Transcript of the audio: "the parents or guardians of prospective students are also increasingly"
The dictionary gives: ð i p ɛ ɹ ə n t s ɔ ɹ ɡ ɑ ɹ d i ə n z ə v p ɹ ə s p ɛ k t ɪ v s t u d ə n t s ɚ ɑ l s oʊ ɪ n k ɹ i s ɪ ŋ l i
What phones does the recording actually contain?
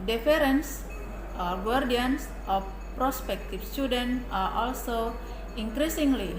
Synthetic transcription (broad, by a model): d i f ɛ ɹ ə n s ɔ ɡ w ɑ ɹ d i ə n s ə f p ɹ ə s p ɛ k t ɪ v s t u d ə n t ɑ ɑ l s oʊ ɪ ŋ k ɹ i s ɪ ŋ l i